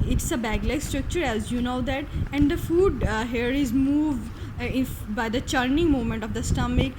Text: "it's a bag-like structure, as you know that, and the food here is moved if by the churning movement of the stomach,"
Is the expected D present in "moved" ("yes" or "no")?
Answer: no